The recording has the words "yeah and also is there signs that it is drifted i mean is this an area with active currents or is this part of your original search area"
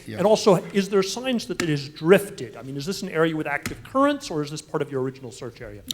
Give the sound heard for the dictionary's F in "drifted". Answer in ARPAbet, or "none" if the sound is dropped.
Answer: F